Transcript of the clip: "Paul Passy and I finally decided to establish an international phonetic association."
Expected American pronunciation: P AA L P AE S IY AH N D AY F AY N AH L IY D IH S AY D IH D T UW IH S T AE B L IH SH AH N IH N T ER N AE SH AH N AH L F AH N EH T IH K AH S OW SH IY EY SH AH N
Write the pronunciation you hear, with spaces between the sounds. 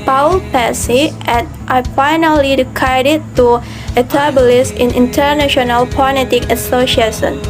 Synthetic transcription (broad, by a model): P AA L P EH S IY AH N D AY F AY N AH L IY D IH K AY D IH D T UW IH T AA B L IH S AH N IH N T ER N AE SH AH N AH L P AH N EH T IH K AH S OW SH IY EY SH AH N